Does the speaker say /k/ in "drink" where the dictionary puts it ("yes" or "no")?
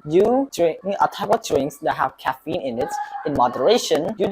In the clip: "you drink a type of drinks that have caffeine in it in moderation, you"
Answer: no